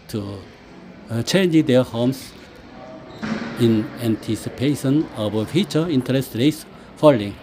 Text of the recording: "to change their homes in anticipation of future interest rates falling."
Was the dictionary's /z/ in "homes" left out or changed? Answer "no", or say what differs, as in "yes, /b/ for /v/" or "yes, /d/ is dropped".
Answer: yes, /s/ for /z/